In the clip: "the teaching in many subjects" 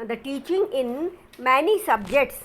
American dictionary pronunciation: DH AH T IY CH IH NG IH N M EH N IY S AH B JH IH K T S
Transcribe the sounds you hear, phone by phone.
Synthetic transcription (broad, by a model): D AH T IY CH IH NG IH N M EH N IY S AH B JH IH K T S